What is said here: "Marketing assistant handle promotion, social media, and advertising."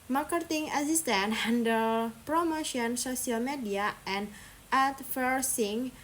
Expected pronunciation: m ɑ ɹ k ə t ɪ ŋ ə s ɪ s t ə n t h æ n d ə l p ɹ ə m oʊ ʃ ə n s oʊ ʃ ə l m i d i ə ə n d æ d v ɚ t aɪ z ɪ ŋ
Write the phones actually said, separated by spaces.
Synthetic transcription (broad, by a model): m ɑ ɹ k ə t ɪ ŋ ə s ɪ s t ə n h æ n d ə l p ɹ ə m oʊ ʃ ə n s oʊ s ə l m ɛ d i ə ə n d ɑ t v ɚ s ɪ ŋ